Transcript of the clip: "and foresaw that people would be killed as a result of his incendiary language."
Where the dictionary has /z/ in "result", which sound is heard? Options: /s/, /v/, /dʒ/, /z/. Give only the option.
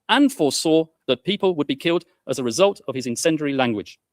/z/